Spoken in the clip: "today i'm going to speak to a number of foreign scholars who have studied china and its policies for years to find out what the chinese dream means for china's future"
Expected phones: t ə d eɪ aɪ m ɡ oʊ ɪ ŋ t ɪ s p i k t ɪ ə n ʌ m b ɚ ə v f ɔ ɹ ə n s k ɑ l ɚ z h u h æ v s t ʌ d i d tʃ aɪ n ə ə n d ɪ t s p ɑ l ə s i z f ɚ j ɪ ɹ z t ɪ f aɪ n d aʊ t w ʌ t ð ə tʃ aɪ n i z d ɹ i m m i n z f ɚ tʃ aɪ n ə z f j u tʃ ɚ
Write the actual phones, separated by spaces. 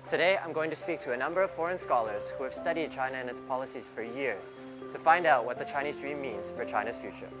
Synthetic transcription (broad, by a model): t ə d eɪ aɪ m ɡ oʊ ɪ ŋ t ɪ s p i k t ɪ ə n ʌ m b ɚ ə v f ɔ ɹ ə n s k ɑ l ɚ z h u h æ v s t ʌ d i d tʃ aɪ n ə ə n ɪ t s p ɑ l ə s i z f ɚ j ɪ ɹ z t ɪ f aɪ n d aʊ t w ʌ t ð ə tʃ aɪ n i z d ɹ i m m i n z f ɚ tʃ aɪ n ə z f j u tʃ ɚ